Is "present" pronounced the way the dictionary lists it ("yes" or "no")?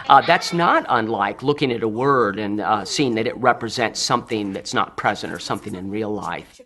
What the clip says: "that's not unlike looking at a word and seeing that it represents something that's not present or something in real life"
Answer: yes